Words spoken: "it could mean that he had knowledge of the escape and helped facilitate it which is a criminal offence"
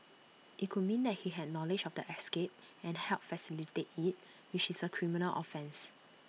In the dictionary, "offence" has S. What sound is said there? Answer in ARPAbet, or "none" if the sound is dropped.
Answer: S